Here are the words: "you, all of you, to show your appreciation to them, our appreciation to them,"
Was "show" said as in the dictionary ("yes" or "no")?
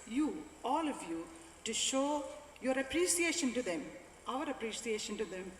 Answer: yes